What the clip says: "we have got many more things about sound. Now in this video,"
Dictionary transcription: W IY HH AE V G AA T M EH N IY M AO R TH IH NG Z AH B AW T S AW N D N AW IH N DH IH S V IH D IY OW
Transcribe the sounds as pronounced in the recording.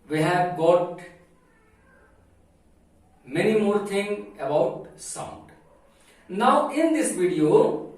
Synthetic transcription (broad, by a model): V IY HH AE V G AA T M EH N IY M AO R T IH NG AH B AW T S AW N D N AW IH N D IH S V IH D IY OW